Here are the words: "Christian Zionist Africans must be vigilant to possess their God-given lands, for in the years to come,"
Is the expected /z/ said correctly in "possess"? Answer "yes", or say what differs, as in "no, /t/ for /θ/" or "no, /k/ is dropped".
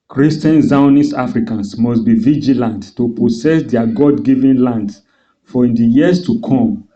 no, /s/ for /z/